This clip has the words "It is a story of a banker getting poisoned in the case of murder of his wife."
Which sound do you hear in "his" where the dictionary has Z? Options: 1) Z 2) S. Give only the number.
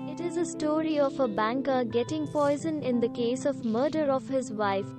1